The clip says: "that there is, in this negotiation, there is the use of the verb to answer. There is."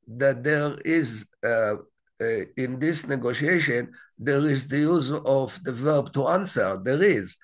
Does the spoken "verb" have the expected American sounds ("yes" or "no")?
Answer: yes